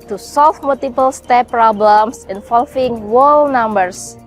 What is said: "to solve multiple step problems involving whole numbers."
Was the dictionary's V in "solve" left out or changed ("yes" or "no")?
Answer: yes